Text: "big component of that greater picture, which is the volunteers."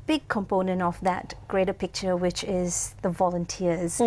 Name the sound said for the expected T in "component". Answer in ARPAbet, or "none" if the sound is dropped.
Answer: T